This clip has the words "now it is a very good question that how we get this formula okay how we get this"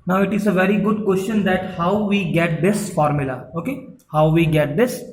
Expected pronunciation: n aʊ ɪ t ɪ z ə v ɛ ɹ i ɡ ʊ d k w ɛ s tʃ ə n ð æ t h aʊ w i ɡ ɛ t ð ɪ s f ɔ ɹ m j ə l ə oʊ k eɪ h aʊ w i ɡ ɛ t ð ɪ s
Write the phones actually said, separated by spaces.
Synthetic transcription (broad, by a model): n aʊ ɪ t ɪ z ə v ɛ ɹ i ɡ ʊ d k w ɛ s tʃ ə n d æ t h aʊ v i ɡ ɛ t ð ɪ s f ɔ ɹ m j ə l ə oʊ k eɪ h aʊ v i ɡ ɛ t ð ɪ s